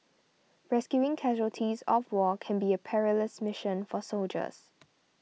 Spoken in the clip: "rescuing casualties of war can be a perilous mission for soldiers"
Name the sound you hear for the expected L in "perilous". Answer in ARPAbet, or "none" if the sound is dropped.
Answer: L